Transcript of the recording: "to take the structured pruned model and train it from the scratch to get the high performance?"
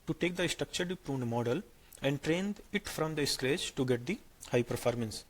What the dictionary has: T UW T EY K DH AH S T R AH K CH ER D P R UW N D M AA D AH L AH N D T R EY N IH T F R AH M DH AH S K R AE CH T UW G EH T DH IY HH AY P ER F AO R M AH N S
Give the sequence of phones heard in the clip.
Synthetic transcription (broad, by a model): T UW T EY K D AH S T R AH K CH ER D P R UW N D M AA D AH L AH N D T R EY N IH T F R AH M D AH S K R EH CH T UW G EH T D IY HH AY P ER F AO R M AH N S